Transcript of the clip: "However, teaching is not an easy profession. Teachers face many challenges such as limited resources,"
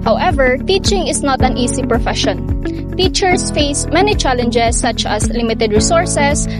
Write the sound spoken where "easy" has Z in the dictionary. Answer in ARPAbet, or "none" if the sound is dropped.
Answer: S